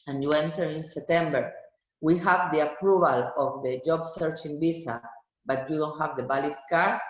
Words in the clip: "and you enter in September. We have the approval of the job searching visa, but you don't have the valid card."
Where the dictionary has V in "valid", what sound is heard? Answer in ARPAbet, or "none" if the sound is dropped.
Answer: B